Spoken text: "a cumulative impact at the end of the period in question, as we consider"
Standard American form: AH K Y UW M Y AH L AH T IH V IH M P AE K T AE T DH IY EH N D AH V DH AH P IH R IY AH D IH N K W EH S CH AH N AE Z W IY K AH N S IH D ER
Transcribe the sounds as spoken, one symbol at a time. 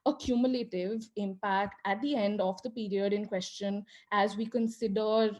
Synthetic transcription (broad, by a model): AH K Y UW M Y AH L AH T IH V IH M P AE K T AE T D IY EH N D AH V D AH P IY R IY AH D IH N K W EH S CH AH N AE Z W IY K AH N S IH D ER